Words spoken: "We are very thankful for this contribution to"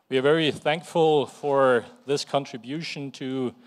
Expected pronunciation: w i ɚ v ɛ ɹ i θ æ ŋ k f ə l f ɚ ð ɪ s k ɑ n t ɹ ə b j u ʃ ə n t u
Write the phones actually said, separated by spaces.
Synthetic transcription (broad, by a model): w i ɚ v ɛ ɹ i θ æ ŋ k f ə l f ɚ ð ɪ s k ɑ n t ɹ ə b j u ʃ ə n t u